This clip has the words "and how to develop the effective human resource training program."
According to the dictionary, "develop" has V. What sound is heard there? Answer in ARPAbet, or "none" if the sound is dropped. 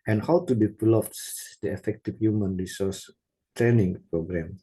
P